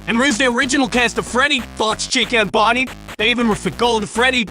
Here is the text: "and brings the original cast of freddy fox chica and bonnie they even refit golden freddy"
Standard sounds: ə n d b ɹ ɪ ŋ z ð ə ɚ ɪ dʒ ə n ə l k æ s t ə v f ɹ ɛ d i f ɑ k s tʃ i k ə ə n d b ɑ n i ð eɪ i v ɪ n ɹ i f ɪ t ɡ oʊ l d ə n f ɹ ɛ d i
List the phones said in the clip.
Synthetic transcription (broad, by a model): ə n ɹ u z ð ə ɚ ɪ dʒ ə n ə l k æ s t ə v f ɹ ɛ d i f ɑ s tʃ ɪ k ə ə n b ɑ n i ð eɪ i v ɪ n w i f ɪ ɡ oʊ l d f ɹ ɛ d i